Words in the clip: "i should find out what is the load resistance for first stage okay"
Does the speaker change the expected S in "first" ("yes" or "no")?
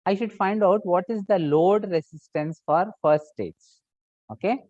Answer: no